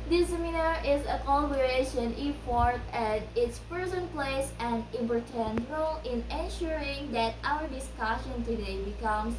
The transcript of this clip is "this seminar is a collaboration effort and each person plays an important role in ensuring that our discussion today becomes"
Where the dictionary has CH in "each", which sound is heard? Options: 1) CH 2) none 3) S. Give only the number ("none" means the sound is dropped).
3